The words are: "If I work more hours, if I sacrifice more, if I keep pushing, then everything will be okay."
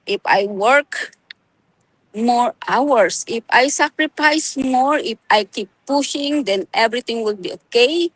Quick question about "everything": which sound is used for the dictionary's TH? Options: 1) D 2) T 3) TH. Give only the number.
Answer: 2